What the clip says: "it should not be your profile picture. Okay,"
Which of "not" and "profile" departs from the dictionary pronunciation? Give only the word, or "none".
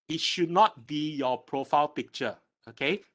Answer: none